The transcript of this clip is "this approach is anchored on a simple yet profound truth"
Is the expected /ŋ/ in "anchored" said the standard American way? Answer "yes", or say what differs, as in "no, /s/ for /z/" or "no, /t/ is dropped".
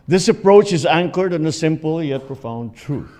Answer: yes